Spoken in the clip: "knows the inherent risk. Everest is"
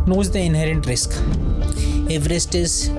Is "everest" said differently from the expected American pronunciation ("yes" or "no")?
no